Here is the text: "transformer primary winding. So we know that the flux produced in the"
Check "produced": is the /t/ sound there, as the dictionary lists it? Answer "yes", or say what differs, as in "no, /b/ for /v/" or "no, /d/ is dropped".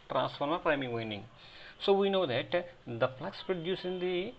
no, /t/ is dropped